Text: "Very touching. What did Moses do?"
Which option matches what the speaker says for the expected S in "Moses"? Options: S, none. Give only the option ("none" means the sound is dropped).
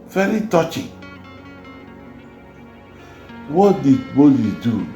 none